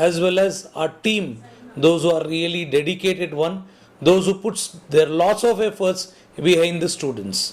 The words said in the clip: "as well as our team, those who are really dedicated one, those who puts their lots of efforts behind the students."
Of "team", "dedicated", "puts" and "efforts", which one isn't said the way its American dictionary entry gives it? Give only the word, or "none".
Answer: none